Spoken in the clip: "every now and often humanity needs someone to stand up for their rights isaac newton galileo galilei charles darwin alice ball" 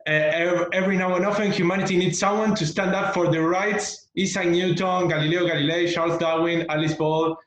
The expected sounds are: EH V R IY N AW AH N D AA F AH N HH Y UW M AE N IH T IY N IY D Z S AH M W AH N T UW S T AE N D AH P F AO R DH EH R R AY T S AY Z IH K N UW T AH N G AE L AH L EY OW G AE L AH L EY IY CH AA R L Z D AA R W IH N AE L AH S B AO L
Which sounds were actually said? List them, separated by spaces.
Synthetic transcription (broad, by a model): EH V R IY N AW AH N AA F AH N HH Y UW M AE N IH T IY N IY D S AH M W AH N T UW S T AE N D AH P F AO R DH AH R R AY T S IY S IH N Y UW T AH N G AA L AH L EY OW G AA L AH L EY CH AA R L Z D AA W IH N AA L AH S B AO L